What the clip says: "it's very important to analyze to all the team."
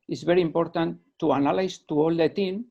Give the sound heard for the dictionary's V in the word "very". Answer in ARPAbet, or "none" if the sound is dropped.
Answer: B